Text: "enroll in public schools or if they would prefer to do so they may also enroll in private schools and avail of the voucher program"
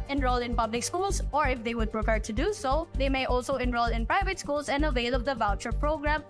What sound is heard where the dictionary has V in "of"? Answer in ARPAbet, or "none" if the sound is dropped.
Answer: B